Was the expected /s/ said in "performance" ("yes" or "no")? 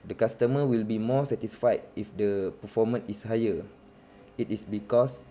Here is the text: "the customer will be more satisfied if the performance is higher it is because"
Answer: no